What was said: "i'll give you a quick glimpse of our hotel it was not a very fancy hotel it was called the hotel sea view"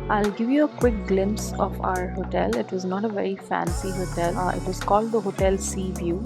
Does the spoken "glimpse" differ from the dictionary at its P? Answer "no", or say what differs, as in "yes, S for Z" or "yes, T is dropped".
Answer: no